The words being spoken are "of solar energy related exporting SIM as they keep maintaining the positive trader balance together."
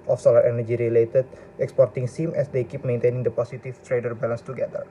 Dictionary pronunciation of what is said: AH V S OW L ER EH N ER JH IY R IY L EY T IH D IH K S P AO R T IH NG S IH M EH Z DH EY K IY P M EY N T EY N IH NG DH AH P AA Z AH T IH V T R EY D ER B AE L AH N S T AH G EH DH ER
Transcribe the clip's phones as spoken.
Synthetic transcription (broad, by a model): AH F S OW L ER EH N ER JH IY R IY L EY T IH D IH K S P AO R T IH NG S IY M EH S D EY K IY P M EY N T EY N IH NG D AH P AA S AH T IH F T R EY D ER B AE L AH N S T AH G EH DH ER